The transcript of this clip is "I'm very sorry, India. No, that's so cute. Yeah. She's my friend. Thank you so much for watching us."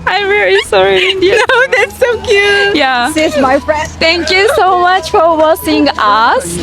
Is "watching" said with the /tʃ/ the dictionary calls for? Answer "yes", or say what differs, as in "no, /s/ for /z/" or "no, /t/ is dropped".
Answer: no, /s/ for /tʃ/